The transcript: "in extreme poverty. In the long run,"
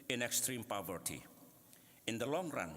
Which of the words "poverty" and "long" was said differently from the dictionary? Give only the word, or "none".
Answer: none